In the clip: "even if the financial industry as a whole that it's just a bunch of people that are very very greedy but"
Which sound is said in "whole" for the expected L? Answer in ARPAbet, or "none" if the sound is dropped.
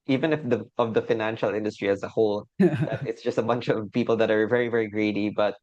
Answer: L